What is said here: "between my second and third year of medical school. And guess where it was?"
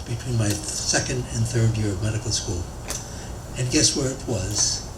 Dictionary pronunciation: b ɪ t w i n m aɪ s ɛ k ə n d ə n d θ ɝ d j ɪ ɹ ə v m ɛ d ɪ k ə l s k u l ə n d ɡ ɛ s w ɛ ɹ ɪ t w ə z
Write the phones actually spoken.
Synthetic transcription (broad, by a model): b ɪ t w i n m aɪ s ɛ k ə n d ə n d θ ɝ d j ɪ ɹ ə v m ɛ d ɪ k l s k u l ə n ɡ ɛ s w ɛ ɹ ɪ t w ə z